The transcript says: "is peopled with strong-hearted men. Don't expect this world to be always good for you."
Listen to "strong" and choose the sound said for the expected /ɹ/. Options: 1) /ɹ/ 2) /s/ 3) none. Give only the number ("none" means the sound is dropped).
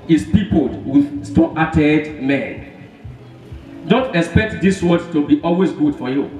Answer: 3